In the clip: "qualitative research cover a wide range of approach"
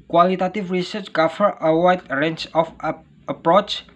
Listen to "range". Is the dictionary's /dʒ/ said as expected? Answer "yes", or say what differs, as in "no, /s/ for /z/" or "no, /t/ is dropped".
no, /tʃ/ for /dʒ/